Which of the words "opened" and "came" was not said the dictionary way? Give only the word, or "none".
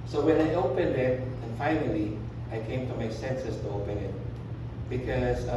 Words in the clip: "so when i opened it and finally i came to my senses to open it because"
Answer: none